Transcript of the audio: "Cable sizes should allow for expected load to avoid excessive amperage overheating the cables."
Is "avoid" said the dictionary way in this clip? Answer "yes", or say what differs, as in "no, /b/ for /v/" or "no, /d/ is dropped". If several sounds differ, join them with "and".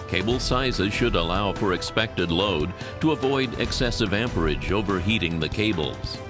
yes